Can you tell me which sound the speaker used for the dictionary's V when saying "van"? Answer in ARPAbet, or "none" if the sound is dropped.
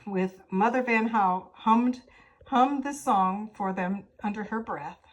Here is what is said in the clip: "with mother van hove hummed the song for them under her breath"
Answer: V